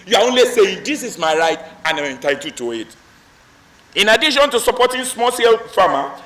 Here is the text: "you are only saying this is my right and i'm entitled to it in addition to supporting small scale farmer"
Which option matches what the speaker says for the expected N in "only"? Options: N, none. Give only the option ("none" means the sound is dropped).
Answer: N